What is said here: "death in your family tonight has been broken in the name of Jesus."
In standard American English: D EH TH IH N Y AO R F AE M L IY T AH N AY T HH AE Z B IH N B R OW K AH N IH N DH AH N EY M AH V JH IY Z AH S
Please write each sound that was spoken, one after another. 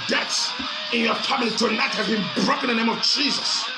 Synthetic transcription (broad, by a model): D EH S IH N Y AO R F AE M L IY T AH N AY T HH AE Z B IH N B R OW K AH IH N DH AH N EY M AH V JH IY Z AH S